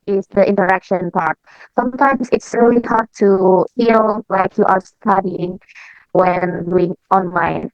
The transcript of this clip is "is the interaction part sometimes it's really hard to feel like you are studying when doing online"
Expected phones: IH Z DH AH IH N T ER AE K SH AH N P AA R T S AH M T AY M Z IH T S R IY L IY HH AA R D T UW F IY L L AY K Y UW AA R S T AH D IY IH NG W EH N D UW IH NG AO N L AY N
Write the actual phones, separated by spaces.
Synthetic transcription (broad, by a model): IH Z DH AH IH N T ER AE K SH AH N P AA R T S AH M T AY M S IH T S R IY L IY HH AA R D T UW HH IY L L AY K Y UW AA R S T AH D IY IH NG W EH N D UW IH NG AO N L AY N